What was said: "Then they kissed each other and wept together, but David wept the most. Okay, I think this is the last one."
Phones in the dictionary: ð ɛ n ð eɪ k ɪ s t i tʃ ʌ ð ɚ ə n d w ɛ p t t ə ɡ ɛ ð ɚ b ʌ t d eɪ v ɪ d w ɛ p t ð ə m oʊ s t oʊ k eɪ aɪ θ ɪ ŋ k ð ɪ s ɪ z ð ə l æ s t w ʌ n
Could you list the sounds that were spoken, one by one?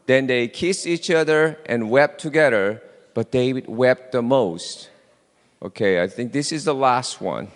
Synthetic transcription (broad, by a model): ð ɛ n ð eɪ k ɪ s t i tʃ ʌ ð ɚ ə n w ɛ p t t ə ɡ ɛ ð ɚ b ʌ t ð eɪ ɪ w ɛ p t ð ə m oʊ s t oʊ k eɪ aɪ θ ɪ ŋ k ð ɪ s ɪ z ð ə l æ s t w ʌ n